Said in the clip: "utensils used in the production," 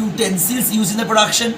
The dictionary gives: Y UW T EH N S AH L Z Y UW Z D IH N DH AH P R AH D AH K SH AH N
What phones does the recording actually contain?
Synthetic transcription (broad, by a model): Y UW T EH N S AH L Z Y UW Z IH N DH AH P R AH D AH K SH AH N